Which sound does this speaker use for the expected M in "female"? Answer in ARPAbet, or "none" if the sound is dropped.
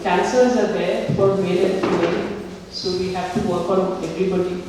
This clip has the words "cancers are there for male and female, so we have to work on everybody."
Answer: none